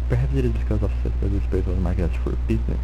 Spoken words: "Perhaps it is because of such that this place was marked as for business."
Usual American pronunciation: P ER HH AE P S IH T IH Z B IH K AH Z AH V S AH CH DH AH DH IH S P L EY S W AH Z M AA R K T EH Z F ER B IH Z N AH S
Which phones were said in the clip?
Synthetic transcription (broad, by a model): P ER HH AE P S IH T IH Z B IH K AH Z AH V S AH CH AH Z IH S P EY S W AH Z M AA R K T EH S F ER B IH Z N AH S